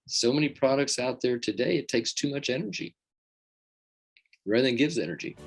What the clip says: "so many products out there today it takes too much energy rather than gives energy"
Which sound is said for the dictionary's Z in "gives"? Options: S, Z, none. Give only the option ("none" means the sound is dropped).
Z